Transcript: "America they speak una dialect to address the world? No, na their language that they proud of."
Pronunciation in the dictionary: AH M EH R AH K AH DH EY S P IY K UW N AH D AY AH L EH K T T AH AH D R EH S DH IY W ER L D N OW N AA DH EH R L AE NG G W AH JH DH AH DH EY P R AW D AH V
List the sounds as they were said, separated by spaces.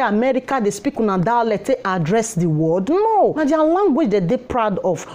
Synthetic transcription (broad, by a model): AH M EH R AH K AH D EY S P IY K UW N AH D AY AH L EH T T AH D R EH S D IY W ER D N OW N AA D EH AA L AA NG G W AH JH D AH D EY P R AW D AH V